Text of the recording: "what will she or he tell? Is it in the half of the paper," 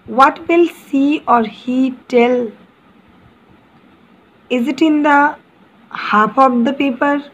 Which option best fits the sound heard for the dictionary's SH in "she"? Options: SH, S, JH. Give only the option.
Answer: S